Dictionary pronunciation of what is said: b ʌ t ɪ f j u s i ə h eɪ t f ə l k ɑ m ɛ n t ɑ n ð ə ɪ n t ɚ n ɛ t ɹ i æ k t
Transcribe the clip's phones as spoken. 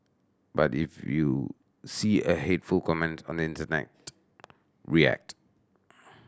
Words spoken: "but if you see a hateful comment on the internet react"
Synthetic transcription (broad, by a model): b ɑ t ɪ f j u s i ə h eɪ t f ə l k ɑ m ɛ n t ɑ n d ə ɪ n t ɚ n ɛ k ɹ i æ k t